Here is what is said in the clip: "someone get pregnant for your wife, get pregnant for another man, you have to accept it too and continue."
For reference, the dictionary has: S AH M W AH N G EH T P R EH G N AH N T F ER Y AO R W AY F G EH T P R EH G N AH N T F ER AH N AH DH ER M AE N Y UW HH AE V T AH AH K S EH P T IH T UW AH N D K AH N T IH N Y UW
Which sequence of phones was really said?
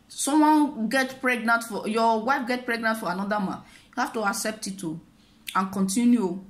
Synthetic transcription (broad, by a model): S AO M W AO N G EH T P R EH G N AH N T F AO Y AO W AY F G EH T P R EH G N AH N T F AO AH N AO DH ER M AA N Y UW HH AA F T AH AH K S EH P T IH T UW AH N K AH N T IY N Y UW